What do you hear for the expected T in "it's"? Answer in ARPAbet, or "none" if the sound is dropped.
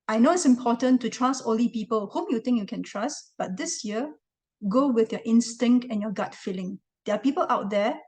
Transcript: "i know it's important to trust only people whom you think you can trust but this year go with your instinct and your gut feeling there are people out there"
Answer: T